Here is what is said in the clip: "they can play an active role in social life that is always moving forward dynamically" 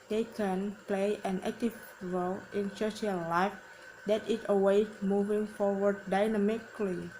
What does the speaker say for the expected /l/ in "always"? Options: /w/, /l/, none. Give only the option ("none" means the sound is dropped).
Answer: none